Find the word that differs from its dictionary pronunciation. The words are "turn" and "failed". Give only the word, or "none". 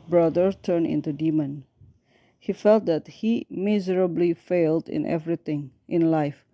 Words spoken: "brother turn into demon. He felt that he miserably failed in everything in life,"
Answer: none